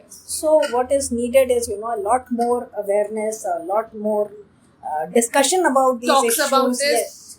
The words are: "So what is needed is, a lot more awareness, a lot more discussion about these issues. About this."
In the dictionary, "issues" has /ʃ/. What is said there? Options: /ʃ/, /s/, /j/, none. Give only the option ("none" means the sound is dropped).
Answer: none